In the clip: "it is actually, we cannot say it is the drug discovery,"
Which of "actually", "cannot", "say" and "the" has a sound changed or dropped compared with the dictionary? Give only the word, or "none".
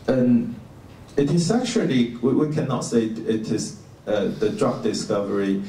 actually